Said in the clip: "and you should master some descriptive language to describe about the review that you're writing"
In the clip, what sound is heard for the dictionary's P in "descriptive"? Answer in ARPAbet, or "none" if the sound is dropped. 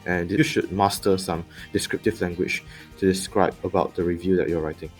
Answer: P